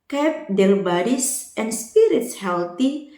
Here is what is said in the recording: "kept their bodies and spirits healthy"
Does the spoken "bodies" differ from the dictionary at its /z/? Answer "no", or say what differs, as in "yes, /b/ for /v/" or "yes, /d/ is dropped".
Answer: yes, /s/ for /z/